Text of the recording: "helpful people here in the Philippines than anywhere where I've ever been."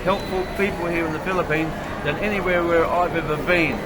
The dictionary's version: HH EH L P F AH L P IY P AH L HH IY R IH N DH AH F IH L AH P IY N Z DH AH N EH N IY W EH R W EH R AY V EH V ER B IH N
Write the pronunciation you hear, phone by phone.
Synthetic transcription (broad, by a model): HH EH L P F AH L P IY P AH L HH IY R IH N DH AH F IH L AH P IY N Z DH AH N EH N IY W EH R W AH R AY V EH V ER B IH N